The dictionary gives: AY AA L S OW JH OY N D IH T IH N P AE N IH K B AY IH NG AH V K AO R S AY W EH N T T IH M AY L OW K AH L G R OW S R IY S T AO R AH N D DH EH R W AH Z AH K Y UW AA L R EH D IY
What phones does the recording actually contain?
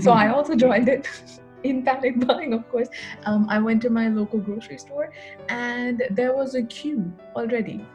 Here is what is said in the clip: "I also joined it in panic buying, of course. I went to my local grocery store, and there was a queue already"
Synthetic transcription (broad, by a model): AY AA L S OW JH OY N D IH T IH N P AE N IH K B AY IH NG AH V K AO R S AY W EH N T T IH M AY L OW K AH L G R OW S R IY S T AO R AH N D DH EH R W AH Z AH K Y UW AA L R EH D IY